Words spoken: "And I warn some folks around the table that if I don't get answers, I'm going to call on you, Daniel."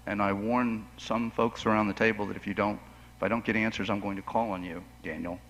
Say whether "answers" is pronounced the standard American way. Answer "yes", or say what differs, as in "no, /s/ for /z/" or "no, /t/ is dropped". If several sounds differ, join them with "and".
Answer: yes